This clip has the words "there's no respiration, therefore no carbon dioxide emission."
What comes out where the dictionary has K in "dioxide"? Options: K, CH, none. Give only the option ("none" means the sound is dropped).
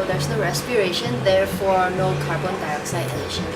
K